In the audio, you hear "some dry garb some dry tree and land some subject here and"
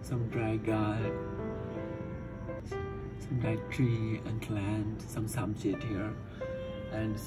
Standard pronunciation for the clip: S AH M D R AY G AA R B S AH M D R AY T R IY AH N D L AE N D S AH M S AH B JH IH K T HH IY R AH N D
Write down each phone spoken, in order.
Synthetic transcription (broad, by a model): S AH M D R AY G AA S AH M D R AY T R IY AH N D L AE N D S AH M S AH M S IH T HH IY R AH N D